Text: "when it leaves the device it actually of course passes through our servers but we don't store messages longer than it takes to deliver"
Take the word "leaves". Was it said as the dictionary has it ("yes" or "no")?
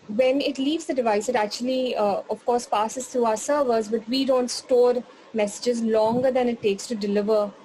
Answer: yes